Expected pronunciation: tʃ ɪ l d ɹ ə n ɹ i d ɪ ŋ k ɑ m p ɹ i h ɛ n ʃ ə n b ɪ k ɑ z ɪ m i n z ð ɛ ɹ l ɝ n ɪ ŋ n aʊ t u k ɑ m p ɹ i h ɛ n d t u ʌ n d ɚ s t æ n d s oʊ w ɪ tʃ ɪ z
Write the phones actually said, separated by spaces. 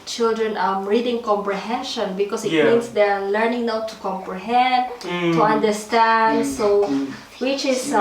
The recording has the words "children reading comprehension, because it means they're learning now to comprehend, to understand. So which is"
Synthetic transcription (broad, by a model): tʃ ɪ l d ɹ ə n ɹ i d ɪ ŋ k ɑ m p ɹ i h ɛ n ʃ ə n b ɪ k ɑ s ɪ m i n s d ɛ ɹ l ɝ n ɪ ŋ n aʊ t u k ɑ m p ɹ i h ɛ n t u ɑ n d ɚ s t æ n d s oʊ w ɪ tʃ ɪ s